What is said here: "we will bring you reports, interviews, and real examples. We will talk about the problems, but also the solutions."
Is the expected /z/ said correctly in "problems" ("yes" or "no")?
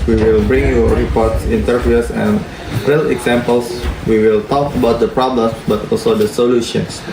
no